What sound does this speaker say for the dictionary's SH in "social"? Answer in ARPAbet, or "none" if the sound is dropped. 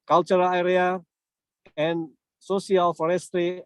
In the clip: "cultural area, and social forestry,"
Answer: S